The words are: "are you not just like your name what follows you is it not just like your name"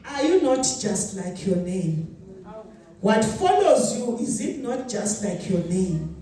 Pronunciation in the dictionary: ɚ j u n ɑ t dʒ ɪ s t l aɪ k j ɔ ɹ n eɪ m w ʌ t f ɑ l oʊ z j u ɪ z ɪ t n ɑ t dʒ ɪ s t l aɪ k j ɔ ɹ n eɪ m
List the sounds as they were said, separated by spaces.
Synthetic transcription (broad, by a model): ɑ j u n ɑ t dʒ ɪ s t l aɪ k j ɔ n eɪ m w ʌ t f ɑ l oʊ z j u ɪ z ɪ t n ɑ t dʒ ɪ s t l aɪ k j ɔ n eɪ m